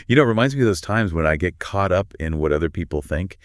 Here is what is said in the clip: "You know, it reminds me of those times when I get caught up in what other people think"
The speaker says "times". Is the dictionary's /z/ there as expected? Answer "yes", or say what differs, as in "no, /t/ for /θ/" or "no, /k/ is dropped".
yes